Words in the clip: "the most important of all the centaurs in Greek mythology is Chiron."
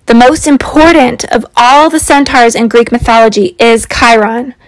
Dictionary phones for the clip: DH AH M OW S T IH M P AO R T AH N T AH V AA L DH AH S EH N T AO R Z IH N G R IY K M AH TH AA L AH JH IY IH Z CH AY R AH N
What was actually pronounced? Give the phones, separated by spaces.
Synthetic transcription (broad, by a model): DH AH M OW S T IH M P AO R T N T AH V AA L DH AH S EH N T AO R Z IH N G R IY K M AH TH AA L AH JH IY IH Z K AY R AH N